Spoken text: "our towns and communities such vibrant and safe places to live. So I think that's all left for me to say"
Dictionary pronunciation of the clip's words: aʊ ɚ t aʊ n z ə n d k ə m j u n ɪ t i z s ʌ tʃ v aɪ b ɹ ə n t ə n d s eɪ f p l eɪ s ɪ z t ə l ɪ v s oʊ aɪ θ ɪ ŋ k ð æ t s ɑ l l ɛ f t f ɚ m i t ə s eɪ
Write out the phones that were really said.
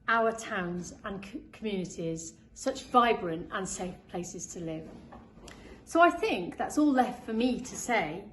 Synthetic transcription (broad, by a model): aʊ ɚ t aʊ n z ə n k k ə m j u n ɪ t i z s ʌ tʃ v aɪ b ɹ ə n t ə n s eɪ f p l eɪ s ɪ z t ə l ɪ v s oʊ aɪ θ ɪ ŋ k ð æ t s ɑ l l ɛ f t f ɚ m i t ə s eɪ